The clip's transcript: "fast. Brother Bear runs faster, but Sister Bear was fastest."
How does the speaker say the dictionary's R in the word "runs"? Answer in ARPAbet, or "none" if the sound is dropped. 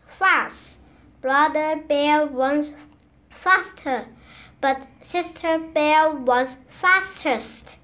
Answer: W